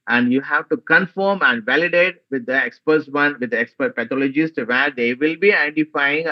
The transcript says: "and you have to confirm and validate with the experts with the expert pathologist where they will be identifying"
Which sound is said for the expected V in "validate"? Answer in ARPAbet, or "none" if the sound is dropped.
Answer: V